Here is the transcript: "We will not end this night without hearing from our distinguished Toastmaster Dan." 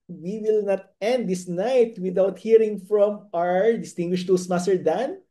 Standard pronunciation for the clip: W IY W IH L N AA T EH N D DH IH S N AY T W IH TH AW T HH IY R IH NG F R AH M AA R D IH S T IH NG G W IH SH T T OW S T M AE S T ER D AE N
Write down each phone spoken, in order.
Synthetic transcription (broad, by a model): W IY W IH L N AA T EH N D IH S N AY T W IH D AW T HH IY R IH NG F R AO M AA R D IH S T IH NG G W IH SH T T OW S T M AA S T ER D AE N